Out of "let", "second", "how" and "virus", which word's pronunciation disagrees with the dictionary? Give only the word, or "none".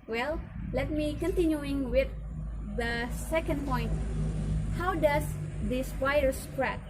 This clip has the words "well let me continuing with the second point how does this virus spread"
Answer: virus